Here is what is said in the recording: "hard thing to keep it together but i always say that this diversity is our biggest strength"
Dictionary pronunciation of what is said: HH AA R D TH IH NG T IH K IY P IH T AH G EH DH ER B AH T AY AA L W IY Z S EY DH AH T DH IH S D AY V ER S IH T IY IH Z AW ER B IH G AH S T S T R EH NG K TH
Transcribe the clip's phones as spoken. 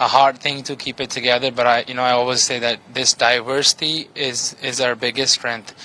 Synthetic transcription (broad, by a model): HH AA R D TH IH NG T IH K IY P IH T AH G EH DH ER B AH T AY AA L W IY Z S EY DH AH T DH IH S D AY V ER S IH T IY IH Z AW ER B IH G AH S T S T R EH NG K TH